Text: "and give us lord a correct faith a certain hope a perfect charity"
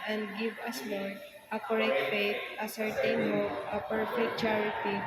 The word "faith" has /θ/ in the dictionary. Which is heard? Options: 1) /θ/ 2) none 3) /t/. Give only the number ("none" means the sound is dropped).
3